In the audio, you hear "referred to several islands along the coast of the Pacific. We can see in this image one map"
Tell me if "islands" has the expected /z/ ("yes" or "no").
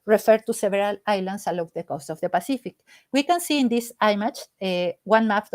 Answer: no